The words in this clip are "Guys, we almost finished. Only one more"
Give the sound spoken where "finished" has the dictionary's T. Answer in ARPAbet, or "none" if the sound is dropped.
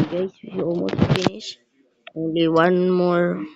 none